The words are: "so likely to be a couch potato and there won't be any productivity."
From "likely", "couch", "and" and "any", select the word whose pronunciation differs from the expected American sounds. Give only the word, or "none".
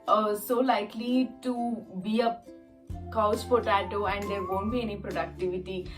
couch